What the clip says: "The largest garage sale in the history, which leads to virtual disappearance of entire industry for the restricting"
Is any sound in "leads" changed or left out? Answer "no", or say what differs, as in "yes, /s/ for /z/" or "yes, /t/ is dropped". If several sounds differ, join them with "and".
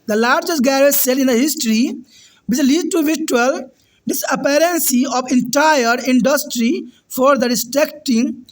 yes, /z/ is dropped